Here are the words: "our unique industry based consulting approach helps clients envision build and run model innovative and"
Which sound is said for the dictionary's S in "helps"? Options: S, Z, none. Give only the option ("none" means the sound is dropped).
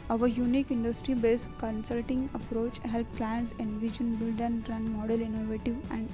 none